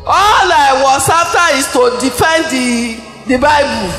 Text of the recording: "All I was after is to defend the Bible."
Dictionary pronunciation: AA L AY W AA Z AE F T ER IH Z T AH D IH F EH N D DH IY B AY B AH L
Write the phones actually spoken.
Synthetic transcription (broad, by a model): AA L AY W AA S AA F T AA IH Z T AH D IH F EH N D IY B AY B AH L